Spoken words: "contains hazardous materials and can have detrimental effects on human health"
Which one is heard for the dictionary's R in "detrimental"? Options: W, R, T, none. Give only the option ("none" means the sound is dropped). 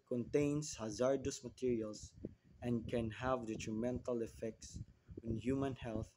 R